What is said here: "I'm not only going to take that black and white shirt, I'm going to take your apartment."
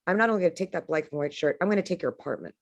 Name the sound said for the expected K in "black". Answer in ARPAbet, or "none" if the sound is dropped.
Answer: none